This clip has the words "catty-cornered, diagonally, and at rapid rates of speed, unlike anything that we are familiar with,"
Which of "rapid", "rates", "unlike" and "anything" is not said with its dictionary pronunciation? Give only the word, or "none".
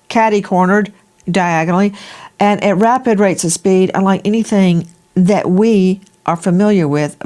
none